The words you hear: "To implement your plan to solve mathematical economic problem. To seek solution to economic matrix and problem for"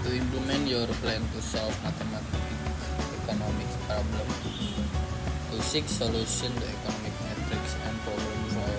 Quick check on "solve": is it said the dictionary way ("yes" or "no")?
no